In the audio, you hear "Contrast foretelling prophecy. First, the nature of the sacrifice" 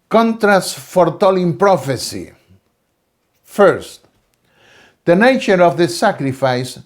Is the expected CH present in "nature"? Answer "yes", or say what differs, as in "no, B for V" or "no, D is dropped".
yes